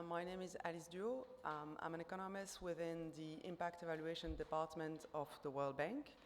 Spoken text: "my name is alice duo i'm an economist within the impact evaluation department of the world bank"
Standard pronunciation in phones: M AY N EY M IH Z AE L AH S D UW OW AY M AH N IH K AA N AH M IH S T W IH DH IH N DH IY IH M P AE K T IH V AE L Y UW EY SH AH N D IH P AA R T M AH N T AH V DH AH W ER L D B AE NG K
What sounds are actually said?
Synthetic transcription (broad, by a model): M AY N EY M IH Z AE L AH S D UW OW AY M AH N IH K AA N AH M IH S T W IH DH IH N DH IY IH M P AE K T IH V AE L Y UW EY SH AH N D IH P AA R T M AH N T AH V DH AH W ER L D B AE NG K